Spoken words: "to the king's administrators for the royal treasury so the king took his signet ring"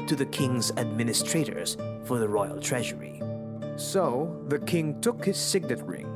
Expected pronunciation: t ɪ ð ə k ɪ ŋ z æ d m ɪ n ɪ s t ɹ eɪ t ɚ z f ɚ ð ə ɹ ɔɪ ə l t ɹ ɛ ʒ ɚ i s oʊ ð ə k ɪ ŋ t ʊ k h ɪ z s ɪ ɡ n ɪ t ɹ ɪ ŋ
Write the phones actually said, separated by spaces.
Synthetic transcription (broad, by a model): t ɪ ð ə k ɪ ŋ z æ d m ɪ n ɪ s t ɹ eɪ t ɚ z f ɚ ð ə ɹ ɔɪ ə l t ɹ ɛ ʒ ɚ i s oʊ ð ə k ɪ ŋ t ʊ k h ɪ z s ɪ ɡ n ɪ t ɹ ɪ